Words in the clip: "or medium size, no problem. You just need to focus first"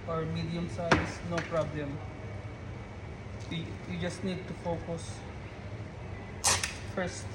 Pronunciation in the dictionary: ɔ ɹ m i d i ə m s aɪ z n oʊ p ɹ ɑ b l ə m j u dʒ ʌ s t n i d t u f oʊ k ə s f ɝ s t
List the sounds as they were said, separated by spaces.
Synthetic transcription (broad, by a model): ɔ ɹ m i d i ə m s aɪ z n oʊ p ɹ ɑ b l ə m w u dʒ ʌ s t n i d t u f oʊ k ə s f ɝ s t